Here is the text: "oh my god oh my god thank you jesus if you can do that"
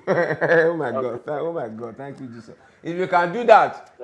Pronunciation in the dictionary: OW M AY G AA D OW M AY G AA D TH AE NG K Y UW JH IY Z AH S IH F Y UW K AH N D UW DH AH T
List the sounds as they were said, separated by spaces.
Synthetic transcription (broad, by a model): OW M AY G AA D OW M AY G AA D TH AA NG K Y UW JH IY S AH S IH F Y UW K AH N D UW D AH T